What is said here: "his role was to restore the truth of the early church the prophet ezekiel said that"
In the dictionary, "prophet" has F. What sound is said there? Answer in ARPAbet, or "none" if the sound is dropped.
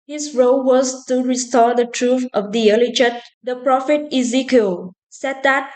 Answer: F